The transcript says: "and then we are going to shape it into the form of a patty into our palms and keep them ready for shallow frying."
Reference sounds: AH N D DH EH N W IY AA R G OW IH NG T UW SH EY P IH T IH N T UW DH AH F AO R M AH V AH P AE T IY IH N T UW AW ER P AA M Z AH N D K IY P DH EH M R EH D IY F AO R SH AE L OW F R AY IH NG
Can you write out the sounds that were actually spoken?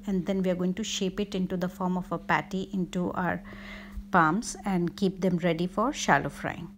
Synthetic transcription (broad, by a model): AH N D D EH N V IY AA R G OW IH NG T UW SH EY P IH T IH N T UW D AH F AO R M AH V AH P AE T IY IH N T UW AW ER P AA M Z AH N D K IY P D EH M R EH D IY F AO R SH AE L OW F R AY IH NG